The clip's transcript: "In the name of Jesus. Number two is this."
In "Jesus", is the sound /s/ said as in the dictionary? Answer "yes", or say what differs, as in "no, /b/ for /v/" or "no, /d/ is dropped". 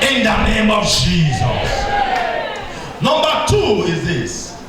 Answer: yes